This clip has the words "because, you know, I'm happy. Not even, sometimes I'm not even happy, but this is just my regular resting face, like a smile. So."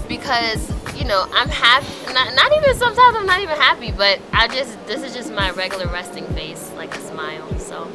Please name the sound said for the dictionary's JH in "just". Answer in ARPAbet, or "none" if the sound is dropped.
JH